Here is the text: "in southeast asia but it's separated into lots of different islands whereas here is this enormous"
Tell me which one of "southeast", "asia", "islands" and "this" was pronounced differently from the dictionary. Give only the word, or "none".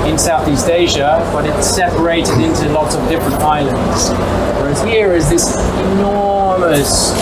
none